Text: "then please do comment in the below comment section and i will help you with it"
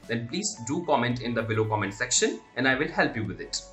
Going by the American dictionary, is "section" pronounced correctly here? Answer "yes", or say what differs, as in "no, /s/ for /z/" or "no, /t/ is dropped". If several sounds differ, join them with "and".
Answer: yes